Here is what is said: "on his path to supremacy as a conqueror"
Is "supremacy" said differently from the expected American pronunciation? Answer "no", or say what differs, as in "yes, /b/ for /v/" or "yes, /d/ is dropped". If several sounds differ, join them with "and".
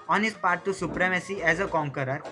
no